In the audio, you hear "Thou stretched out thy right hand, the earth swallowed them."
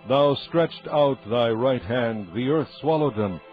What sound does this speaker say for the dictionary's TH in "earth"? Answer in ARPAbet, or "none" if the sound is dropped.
TH